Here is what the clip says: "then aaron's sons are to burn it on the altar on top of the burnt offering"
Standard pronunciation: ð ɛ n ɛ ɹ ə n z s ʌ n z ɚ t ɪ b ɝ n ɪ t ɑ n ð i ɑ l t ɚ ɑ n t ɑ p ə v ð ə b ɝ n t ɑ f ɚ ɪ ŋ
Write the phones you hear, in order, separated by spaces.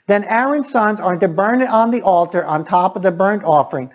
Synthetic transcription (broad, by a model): ð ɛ n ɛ ɹ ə n s ʌ n z ɚ t ɪ b ɝ n ɪ t n ð i ɑ l t ɚ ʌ n t ɑ p ə v ð ə b ɝ n t ɑ f ɚ ɪ ŋ